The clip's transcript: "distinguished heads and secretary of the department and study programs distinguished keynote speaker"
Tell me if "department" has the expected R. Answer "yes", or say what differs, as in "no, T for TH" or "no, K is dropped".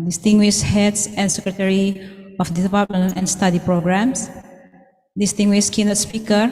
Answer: no, L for R